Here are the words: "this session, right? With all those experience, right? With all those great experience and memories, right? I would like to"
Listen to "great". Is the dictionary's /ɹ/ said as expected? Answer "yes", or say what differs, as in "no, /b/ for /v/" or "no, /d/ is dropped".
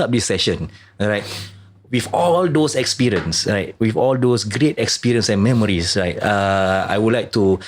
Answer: yes